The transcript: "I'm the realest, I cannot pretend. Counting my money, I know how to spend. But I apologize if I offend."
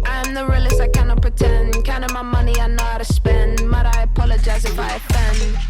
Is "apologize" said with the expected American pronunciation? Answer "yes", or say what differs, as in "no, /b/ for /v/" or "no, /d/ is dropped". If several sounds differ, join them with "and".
yes